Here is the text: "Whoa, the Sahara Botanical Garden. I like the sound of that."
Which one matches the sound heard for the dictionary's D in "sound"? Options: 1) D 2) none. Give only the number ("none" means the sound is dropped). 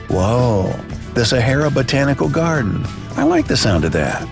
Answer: 1